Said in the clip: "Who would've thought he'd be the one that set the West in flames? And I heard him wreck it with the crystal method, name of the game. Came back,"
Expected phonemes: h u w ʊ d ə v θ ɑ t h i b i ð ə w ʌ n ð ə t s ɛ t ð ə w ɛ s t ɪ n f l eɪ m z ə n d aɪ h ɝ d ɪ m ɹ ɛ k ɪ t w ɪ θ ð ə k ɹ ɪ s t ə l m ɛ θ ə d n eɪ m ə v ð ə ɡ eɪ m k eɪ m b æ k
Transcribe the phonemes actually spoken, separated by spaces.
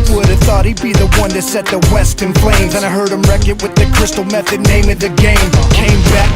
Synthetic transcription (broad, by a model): w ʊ d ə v θ ɑ t h i b i ð ə w ʌ n ð ə t s ɛ t ð ə w ɛ s t ɪ n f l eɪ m z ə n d aɪ h ɝ d ɪ m ɹ ɛ k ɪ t w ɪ ð ə k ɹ ɪ s t l m ɛ θ ə d n eɪ m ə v ð ə ɡ eɪ m k eɪ m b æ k